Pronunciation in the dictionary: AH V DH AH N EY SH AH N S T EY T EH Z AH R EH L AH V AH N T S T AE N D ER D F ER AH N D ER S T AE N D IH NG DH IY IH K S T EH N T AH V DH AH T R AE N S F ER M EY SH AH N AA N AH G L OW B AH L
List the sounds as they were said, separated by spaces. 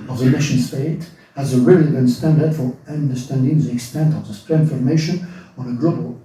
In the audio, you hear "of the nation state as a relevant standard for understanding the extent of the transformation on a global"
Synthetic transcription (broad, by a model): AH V DH AH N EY SH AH N S T EY T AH Z AH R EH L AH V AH N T S T AE N D ER D F ER AH N D ER S T AE N D IH NG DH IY IH K S T EH N T AH V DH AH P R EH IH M F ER M EY SH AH N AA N AH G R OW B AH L